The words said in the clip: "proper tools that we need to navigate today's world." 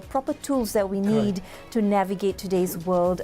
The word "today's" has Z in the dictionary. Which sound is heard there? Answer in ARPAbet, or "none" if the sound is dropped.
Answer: Z